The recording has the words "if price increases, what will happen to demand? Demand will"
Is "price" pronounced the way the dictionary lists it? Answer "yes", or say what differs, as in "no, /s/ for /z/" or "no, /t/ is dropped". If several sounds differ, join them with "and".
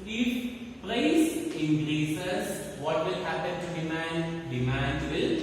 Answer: no, /l/ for /ɹ/